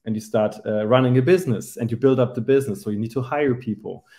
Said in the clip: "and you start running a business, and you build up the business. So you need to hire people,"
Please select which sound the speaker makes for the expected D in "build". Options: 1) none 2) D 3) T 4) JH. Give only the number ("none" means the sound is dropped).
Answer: 2